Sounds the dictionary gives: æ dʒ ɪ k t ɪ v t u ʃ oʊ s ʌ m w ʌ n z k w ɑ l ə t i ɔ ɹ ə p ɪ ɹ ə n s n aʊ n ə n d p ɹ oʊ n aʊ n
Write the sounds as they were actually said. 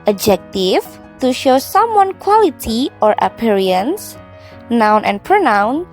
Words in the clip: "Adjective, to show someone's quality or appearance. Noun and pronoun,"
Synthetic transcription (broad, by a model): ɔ dʒ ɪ k t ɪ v t u ʃ oʊ s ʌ m w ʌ n k w ɑ l ə t i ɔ ɹ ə p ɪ ɹ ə n s n aʊ n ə n p ɹ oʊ n aʊ n